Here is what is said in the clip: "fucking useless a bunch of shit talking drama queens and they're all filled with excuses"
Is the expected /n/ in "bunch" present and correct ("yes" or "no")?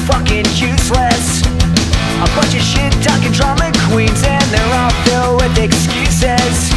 no